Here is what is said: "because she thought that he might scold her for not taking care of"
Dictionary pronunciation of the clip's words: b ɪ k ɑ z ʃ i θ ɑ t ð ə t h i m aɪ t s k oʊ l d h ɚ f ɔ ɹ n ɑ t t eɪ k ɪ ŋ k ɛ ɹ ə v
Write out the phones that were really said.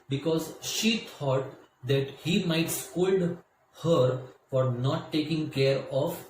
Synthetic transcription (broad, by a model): b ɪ k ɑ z ʃ i t ɑ t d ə t h i m aɪ t s k oʊ l d h ɚ f ɔ ɹ n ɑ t t eɪ k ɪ ŋ k ɛ ɹ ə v